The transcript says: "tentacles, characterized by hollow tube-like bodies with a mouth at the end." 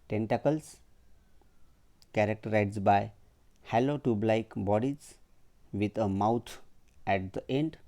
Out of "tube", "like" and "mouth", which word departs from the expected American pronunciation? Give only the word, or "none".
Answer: mouth